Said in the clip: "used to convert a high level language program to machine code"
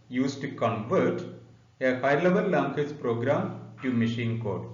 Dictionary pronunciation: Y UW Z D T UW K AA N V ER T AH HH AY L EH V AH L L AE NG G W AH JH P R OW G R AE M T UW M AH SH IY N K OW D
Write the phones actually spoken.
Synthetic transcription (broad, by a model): Y UW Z T UW K AA N V ER T AH HH AY L EH V AH L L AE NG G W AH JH P R OW G R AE M T UW M AH SH IY N K OW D